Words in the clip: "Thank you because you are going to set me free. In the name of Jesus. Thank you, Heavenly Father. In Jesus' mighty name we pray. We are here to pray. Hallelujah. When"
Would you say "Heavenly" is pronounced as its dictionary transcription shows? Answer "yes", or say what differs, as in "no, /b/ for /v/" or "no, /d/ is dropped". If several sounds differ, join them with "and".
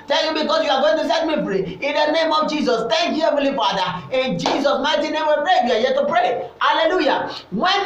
no, /n/ is dropped